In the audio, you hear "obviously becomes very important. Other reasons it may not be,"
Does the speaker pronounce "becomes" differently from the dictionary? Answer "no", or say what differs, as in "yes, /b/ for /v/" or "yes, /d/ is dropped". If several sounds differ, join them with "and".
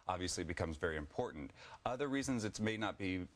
no